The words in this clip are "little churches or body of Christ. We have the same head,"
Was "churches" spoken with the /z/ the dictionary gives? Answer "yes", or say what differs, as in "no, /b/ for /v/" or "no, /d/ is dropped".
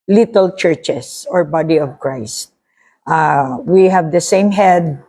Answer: no, /s/ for /z/